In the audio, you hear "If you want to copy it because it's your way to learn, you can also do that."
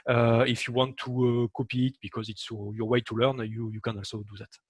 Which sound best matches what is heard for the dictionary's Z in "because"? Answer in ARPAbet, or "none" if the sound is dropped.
Z